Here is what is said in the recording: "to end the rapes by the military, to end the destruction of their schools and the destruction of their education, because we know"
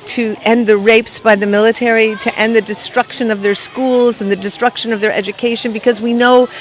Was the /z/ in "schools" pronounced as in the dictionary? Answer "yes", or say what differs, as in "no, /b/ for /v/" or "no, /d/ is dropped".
yes